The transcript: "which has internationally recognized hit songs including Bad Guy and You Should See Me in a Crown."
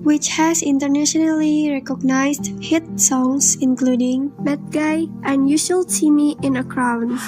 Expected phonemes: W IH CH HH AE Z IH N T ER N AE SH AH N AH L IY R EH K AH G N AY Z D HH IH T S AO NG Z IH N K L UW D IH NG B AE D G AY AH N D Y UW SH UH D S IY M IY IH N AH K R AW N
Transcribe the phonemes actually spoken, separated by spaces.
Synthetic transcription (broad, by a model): W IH CH HH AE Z IH N T ER N AE SH AH N AH L IY R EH K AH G N AY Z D HH IH T S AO NG S IH N K L UW D IH NG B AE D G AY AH N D Y UW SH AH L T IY M IY IH N AH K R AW N